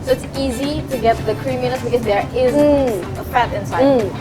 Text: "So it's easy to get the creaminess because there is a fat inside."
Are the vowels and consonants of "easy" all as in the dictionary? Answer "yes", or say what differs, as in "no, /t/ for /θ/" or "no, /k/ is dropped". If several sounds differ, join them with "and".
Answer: yes